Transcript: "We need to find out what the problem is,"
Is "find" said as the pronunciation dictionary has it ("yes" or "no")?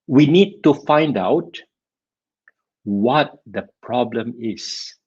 yes